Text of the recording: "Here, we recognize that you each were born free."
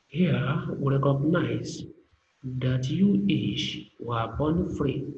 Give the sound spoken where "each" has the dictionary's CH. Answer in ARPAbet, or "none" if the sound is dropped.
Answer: SH